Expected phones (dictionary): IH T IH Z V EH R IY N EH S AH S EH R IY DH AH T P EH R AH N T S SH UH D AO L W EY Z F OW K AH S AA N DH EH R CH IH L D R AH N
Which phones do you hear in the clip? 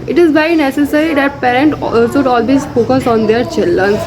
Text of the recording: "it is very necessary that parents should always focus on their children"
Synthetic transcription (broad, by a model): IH T IH Z B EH IY N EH S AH S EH R IY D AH T P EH R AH N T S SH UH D AO L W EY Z F OW K AH S AA N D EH R CH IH L D R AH N